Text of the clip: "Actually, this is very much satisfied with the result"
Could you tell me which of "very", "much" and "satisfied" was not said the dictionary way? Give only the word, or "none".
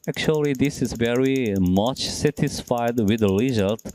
none